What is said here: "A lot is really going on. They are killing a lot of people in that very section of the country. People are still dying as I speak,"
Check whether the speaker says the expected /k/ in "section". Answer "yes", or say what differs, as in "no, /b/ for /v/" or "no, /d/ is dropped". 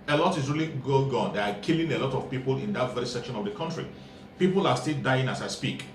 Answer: yes